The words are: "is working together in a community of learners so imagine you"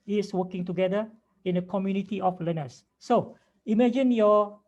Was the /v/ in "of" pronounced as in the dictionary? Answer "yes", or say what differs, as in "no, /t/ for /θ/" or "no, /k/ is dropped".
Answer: no, /f/ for /v/